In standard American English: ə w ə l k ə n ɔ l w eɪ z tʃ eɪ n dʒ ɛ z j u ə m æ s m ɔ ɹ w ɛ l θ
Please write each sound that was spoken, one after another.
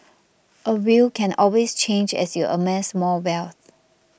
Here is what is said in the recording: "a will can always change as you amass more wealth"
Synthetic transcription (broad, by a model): ə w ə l k ə n ɔ l w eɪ s tʃ eɪ n dʒ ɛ s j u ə m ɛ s m ɔ l w ɛ l θ